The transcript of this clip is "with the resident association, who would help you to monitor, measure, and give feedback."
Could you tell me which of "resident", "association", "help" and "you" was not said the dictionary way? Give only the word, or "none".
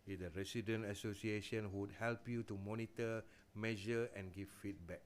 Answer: resident